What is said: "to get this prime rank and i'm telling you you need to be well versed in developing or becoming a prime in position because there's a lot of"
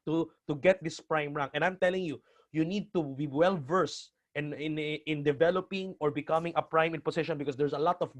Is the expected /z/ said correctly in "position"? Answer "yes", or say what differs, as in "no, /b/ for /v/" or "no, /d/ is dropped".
no, /s/ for /z/